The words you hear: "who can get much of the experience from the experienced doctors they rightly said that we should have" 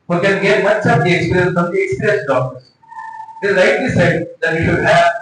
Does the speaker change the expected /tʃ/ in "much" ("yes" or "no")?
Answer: yes